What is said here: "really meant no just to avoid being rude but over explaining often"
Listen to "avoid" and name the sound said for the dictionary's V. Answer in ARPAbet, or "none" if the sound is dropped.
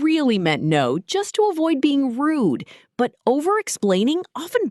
V